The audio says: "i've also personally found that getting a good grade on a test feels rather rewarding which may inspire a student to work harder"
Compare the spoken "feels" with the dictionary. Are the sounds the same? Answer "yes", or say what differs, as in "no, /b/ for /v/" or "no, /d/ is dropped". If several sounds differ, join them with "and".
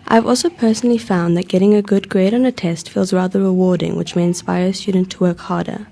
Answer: yes